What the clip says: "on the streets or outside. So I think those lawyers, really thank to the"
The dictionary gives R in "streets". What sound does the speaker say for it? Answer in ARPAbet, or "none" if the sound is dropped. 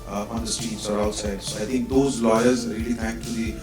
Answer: none